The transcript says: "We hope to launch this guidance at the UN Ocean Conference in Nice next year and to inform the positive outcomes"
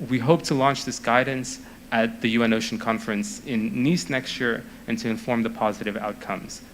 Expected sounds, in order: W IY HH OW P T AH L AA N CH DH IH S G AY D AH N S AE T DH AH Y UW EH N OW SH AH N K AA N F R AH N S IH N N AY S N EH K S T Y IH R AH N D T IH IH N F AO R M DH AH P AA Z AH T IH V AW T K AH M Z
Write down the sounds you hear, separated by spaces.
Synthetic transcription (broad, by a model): W IY HH OW P T AH L AA N CH DH IH S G AY D N S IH T DH AH Y UW EH N OW SH N K AA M F R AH N S IH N N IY S N EH K S T Y IH R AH N T IH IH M F AO R M DH AH P AA Z AH T IH V AW T K AH M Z